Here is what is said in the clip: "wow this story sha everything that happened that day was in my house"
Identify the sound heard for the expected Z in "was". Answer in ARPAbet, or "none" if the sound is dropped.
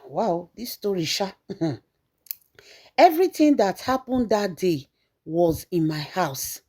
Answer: Z